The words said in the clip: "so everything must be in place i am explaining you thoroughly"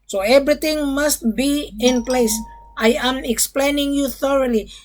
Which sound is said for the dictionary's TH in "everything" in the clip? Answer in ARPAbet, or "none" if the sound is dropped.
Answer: T